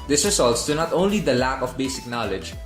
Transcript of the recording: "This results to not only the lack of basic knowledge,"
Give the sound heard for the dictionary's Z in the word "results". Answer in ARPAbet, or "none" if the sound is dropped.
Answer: S